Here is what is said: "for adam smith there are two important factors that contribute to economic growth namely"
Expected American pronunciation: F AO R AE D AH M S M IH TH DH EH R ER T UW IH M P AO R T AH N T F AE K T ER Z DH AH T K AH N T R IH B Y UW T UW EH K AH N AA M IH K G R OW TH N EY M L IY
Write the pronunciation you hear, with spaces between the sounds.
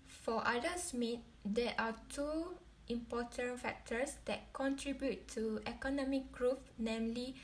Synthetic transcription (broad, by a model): F AO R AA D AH S M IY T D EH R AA T UW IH M P AO T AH N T F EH K T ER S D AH T K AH N T R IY B Y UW T UW EH K AH N AA M IH K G R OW F N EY M L IY